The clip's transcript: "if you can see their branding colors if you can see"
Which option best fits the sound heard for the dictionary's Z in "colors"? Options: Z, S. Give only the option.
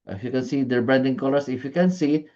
S